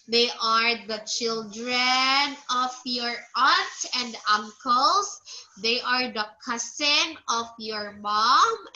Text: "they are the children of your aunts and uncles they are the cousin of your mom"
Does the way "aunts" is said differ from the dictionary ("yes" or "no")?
yes